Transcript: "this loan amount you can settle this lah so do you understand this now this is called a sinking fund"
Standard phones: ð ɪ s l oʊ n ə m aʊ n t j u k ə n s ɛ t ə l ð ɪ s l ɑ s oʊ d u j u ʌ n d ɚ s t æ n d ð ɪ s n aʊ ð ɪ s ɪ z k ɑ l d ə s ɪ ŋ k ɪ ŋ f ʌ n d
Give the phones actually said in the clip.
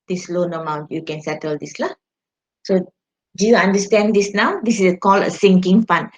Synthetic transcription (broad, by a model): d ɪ s l oʊ n ə m aʊ n t j u k ə n s ɛ t ə l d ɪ s l ɑ s oʊ d u j u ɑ n d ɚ s t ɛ n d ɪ s n aʊ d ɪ s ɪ s k ɑ l ə s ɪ ŋ k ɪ ŋ f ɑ n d